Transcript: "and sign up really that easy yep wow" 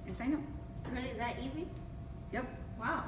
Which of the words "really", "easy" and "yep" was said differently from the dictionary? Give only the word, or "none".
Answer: none